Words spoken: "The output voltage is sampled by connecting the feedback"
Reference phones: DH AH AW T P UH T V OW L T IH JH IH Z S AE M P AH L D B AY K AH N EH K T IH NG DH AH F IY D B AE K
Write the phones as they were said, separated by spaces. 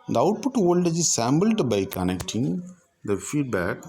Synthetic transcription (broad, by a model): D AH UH T P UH T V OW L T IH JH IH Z S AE M B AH L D B AY K AH N EH K T IH NG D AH F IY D B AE K